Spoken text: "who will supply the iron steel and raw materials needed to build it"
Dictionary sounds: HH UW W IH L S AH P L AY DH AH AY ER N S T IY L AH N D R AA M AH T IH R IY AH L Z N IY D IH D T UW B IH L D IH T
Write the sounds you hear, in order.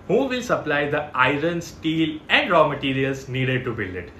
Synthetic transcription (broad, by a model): HH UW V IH L S AH P L AY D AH AY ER N S T IY L AH N D R AA M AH T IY R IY AH L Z N IY D IH D T UW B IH L IH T